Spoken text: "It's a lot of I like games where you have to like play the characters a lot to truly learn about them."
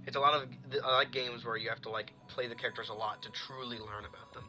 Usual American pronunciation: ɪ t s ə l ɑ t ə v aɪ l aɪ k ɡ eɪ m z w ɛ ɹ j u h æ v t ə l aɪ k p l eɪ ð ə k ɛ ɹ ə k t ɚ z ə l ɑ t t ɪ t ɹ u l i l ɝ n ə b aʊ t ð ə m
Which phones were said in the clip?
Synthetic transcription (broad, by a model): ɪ t s ə l ɑ t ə v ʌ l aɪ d ɡ eɪ m z w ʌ ɹ j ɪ h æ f t ə l aɪ k p l eɪ ð ə k ɛ ɹ ə k t ɚ z ə l ɑ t t ɪ t ɹ u l i l ɝ n ə b aʊ t ð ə m